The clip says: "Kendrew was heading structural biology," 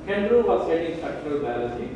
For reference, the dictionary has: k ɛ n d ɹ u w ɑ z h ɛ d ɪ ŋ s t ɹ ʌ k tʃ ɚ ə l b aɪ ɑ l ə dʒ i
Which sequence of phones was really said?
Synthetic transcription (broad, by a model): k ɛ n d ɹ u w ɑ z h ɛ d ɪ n s t ɹ ʌ k tʃ ɚ ə l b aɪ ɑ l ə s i